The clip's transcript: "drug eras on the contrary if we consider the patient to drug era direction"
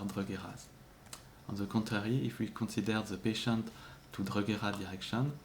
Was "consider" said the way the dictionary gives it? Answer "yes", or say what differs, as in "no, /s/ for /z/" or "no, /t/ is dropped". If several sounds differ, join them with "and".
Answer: no, /n/ is dropped